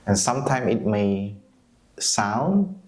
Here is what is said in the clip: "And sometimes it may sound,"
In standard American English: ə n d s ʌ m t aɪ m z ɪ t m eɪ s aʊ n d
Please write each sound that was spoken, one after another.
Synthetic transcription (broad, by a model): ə n s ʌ m t aɪ m ɪ t m eɪ s aʊ n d